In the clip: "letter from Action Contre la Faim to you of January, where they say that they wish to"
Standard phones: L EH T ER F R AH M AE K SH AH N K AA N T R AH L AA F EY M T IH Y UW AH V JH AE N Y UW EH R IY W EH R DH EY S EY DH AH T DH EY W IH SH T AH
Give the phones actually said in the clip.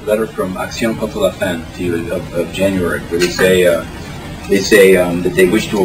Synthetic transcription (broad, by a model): L EH T ER F R AH M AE K S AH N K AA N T AH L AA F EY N T IH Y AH AH V JH AE N Y UW EH R IY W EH R DH EY S EY DH AH T DH EY W IH SH T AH